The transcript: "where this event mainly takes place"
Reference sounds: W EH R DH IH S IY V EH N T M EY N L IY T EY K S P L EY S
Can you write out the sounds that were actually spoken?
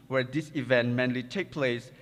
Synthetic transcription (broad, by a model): W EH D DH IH S IY V EH N T M EY N L IY T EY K P L EY S